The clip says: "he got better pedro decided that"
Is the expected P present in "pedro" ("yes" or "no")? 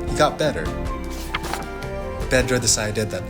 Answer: no